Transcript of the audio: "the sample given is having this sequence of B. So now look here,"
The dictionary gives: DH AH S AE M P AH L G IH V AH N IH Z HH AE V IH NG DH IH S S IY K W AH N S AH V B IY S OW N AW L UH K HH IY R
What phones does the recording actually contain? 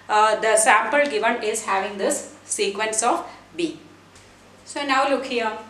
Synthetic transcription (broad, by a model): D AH S AE M P AH L G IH V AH N IH Z HH AE V IH NG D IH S S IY K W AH N S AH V B IY S OW N AW L UH K HH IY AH